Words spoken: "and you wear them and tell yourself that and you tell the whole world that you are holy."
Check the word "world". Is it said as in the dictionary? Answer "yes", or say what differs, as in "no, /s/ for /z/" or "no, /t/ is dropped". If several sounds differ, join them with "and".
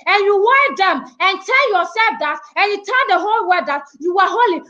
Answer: no, /l/ is dropped